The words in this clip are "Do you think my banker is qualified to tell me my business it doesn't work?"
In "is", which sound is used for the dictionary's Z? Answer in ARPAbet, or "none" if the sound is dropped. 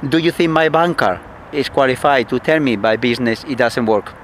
S